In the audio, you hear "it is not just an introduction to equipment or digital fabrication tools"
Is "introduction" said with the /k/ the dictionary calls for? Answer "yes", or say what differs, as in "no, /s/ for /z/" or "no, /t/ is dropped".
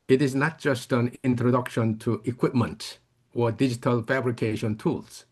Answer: yes